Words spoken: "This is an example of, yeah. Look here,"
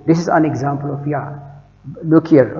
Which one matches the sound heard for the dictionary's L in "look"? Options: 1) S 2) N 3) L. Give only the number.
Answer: 2